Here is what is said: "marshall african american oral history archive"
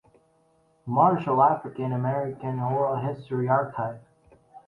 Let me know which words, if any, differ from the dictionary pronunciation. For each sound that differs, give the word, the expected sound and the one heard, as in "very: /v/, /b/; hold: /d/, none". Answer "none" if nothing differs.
none